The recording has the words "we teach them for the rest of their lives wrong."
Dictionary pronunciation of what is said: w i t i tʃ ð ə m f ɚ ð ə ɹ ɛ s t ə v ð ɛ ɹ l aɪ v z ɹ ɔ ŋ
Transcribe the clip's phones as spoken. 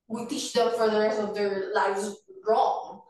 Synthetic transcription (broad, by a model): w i t i tʃ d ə f ɚ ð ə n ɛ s ə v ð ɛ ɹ l aɪ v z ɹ ɔ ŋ